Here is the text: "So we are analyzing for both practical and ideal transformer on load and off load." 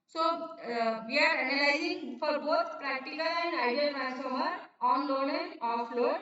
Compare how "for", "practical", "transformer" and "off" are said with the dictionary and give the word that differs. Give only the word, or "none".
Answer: transformer